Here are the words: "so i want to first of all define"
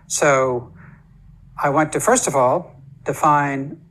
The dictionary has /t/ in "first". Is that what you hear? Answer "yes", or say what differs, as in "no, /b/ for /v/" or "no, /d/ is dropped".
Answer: yes